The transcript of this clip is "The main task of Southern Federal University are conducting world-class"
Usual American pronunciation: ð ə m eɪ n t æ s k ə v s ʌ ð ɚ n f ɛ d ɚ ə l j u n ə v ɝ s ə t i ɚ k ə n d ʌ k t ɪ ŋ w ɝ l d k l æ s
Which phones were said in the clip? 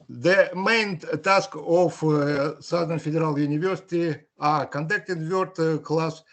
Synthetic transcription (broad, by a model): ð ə m eɪ n t æ s k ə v s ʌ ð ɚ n f ɛ d ɚ ə l j u n ə v ɝ s ə t i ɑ k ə n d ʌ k t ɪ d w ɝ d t k l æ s